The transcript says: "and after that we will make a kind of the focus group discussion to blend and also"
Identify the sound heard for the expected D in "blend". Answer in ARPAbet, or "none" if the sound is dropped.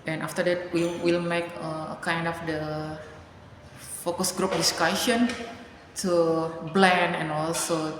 none